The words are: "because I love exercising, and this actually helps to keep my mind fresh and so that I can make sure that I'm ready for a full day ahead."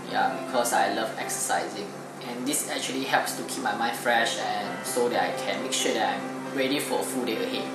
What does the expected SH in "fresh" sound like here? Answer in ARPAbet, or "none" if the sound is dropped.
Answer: SH